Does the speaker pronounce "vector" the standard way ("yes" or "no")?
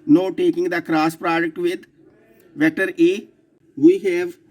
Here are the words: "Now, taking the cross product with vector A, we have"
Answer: no